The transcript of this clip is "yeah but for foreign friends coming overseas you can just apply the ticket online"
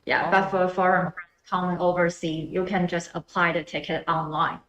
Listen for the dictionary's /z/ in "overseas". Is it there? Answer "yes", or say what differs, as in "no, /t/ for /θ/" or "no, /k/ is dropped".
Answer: no, /z/ is dropped